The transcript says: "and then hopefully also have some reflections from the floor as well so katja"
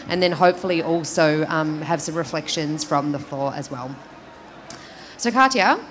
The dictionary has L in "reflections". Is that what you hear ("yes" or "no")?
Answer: yes